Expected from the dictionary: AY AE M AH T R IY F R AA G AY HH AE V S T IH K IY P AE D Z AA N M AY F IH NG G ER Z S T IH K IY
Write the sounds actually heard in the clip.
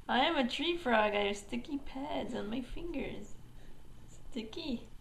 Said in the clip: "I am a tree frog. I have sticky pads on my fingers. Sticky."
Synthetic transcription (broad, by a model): AY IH M AH T R IY F R AA G AY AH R S T IH K IY P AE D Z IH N M AY F IH NG G ER Z S T IH K IY